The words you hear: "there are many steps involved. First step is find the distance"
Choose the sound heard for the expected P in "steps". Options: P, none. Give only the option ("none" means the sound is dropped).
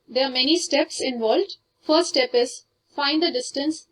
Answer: P